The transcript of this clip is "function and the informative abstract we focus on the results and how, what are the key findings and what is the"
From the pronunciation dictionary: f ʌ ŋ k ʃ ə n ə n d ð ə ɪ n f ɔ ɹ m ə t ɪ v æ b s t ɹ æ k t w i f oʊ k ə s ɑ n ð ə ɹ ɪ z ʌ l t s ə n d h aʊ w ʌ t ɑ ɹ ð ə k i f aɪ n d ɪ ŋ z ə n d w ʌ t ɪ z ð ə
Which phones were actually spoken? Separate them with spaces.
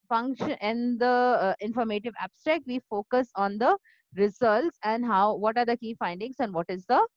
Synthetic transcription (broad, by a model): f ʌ ŋ k ʃ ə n ə n d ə ɪ n f ɔ ɹ m ə t ɪ v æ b s t ɹ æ k t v i f oʊ k ə s ɑ n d ə ɹ ɪ z ʌ l t s ə n d h aʊ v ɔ t ɑ ɹ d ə k i f aɪ n d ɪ ŋ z ə n d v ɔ t ɪ z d ə